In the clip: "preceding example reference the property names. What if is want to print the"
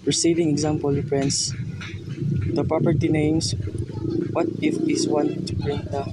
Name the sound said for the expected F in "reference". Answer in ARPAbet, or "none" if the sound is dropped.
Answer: P